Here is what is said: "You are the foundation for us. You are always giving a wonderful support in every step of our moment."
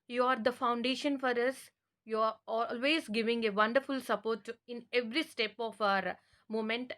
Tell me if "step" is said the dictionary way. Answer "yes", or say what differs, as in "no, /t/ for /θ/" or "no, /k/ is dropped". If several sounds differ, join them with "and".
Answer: yes